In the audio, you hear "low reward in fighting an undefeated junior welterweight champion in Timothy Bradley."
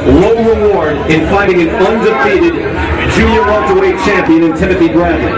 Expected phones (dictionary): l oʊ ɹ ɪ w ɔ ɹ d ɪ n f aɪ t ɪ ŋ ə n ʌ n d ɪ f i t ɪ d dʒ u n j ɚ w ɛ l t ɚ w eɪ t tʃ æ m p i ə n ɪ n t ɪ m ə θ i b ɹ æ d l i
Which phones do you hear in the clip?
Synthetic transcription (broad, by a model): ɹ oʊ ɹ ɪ w ɔ ɹ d ɪ n f aɪ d ɪ ŋ ə n ʌ n d ɪ f i t ɪ d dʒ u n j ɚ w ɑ n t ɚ w eɪ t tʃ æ m p i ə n ɪ n t ɪ m ə θ i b ɹ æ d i